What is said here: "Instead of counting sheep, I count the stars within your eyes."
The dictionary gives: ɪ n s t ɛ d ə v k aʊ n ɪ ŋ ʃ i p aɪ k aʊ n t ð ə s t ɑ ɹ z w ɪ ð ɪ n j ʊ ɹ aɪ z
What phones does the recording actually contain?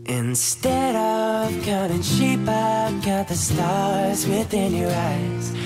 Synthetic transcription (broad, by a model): ɪ n s t ɛ d ə v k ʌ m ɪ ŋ ʃ i p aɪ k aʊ t ð ə s t ɑ ɹ z w ɪ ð ɪ n j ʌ ɹ aɪ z